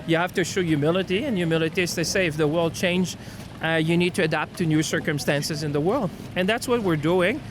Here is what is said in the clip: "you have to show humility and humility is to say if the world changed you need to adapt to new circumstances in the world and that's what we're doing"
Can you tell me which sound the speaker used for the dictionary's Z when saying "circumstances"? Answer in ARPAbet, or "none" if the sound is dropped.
Z